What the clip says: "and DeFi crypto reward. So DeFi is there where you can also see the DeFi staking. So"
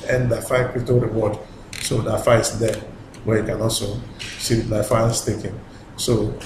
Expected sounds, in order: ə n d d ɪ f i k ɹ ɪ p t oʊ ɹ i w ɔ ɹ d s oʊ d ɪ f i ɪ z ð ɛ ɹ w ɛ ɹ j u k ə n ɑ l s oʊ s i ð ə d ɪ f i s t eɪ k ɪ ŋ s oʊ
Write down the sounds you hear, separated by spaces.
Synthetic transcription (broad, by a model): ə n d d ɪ f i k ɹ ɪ t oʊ ɹ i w ɔ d s oʊ d ɪ f i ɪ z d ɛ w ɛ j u k ə n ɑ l s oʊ s i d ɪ f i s t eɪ k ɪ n s oʊ